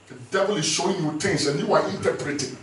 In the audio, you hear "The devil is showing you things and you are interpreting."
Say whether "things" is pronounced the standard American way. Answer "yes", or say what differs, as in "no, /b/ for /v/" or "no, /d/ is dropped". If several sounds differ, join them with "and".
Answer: no, /t/ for /θ/